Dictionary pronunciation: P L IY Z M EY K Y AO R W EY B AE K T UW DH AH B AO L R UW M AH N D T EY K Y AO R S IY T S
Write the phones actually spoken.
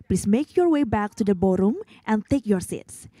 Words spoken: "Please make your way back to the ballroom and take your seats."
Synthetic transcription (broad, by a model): P L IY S M EY K Y AO R W EY B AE K T UW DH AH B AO R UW M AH N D T EY K Y AO R S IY T S